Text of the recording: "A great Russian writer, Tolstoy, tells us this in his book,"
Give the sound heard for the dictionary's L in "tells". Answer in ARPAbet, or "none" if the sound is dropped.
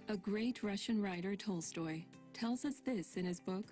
L